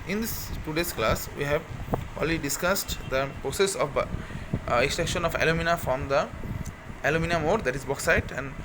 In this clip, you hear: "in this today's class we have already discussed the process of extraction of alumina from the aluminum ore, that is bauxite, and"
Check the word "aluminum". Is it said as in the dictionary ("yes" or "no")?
yes